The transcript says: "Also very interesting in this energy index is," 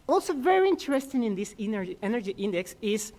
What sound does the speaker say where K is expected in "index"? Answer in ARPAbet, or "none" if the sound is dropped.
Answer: K